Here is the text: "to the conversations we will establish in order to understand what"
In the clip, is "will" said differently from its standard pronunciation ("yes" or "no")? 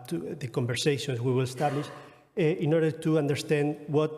no